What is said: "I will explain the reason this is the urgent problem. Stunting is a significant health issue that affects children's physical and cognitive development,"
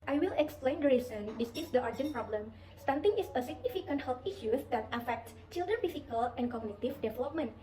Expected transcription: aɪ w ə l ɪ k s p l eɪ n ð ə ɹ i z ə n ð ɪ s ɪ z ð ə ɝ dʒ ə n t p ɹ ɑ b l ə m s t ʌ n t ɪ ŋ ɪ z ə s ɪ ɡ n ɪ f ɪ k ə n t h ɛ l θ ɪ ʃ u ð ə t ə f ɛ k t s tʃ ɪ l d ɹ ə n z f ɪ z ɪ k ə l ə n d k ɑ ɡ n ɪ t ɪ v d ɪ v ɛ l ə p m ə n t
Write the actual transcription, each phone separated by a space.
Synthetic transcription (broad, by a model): aɪ w ə l ɪ k s p l eɪ n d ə ɹ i s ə n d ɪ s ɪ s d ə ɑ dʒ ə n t p ɹ ɑ b l ə m s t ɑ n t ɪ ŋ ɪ s ə s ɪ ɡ n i f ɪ k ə n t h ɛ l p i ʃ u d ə t ə f ɛ k t s tʃ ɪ l d ɹ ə n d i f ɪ k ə l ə n k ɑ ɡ n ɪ t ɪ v d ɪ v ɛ l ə p m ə n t